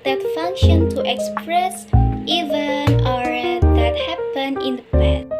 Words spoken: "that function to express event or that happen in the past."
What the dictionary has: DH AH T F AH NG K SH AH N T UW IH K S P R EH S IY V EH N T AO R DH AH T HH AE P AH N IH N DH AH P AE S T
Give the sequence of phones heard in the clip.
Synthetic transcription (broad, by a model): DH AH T F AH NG K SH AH N T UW IH K S P R EH S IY V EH N AO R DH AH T HH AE P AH N IH N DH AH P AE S